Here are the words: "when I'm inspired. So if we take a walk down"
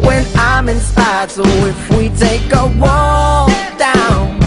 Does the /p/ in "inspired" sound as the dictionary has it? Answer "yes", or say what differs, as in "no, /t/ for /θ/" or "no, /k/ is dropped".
no, /p/ is dropped